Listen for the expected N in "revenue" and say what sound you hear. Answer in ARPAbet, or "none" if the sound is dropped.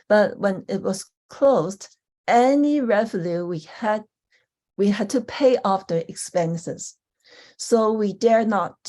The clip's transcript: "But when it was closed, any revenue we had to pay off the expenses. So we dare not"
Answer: L